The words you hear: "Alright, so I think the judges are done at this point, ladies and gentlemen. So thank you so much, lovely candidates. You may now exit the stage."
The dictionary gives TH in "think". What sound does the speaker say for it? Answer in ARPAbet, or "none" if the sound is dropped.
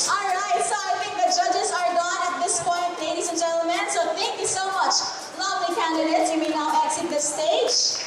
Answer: T